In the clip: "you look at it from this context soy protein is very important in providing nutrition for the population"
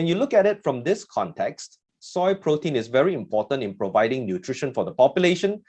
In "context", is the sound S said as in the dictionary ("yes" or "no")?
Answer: yes